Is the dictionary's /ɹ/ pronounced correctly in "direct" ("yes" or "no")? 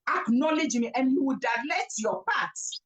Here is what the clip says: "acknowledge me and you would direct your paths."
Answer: no